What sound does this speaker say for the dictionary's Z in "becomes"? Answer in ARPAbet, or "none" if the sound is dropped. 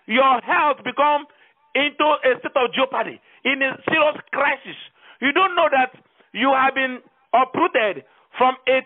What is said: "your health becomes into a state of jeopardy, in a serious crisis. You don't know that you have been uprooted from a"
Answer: none